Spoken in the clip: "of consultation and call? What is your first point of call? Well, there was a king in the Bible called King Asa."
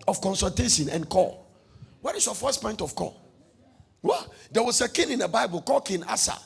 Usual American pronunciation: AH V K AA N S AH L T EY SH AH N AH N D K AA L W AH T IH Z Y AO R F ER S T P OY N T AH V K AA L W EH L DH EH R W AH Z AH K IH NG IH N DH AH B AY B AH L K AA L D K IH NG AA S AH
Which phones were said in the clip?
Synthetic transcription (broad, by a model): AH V K AA N S AH L T EY SH AH N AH N K AA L W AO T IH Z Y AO F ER S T P OY N T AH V K AA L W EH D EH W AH S AH K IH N IH N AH B AY B AH L K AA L K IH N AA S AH